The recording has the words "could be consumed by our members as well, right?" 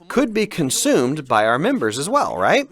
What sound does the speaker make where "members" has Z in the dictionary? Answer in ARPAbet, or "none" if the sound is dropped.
Z